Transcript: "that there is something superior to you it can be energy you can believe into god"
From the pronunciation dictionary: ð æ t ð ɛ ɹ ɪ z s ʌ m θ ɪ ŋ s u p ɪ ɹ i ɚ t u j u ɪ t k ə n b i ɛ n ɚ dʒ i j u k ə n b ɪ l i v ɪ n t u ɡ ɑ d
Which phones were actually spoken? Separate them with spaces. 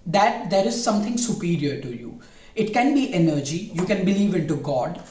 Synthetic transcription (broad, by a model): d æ t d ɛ ɹ ɪ z s ʌ m t ɪ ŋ s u p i ɹ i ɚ t u j u ɪ t k ə n b i ɛ n ɚ dʒ i j u k ə n b ɪ l i v ɪ n t u ɡ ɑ d